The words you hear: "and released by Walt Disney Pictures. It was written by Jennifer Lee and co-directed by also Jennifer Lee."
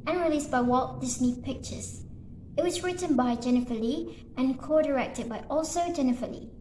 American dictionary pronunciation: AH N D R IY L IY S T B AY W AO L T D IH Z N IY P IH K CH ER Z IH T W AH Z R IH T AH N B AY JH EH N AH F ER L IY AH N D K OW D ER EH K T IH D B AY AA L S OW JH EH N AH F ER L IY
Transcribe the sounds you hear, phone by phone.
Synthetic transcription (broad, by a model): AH N R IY L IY S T B AY W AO T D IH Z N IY P IH K CH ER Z IH T W AH Z R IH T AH N B AY JH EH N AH F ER L IY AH N K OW D ER EH K T IH D B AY AA L S OW JH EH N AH F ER L IY